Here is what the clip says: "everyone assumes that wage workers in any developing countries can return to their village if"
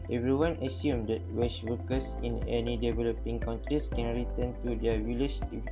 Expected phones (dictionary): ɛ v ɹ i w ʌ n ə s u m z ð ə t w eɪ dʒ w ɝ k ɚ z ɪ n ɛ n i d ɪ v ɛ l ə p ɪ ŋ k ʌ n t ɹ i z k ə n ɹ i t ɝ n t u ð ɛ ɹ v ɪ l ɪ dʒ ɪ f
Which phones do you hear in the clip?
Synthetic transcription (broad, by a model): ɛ v ɹ i w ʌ n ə s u m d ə t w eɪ tʃ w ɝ k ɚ s ɪ n ɛ n i d ɪ v ɛ l ə p ɪ ŋ k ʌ n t ɹ i s k ə n ɹ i t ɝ n t u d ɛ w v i l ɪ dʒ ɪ